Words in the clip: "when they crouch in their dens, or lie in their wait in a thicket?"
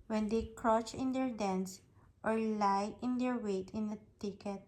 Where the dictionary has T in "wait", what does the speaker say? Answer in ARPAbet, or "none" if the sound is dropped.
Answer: T